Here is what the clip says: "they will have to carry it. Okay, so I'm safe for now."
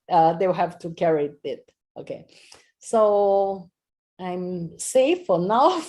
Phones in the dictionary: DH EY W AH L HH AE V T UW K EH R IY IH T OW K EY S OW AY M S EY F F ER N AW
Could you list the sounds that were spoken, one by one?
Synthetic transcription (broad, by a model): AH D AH W HH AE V T UW K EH R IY IH T OW K EY S OW AY M S EY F F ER N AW